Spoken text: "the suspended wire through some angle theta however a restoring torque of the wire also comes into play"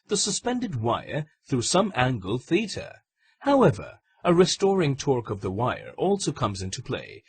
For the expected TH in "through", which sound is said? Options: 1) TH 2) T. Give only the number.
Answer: 1